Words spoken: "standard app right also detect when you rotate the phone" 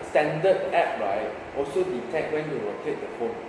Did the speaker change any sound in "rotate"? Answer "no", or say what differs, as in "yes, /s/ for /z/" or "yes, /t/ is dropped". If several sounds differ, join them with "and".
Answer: yes, /w/ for /ɹ/